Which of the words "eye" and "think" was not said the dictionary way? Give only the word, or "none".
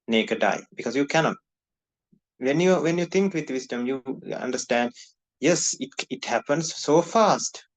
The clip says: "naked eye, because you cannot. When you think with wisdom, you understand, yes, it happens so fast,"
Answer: think